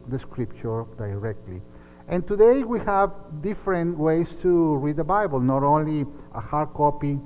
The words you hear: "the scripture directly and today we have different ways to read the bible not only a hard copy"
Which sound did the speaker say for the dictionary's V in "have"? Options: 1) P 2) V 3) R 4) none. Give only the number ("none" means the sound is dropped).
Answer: 2